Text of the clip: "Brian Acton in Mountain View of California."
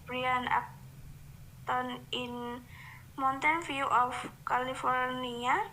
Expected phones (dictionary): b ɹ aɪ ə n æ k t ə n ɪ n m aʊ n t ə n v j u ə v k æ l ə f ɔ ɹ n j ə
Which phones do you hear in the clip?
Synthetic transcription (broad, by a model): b ɹ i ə n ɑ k t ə n ɪ n m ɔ n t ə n f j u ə f k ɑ l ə f ɔ ɹ n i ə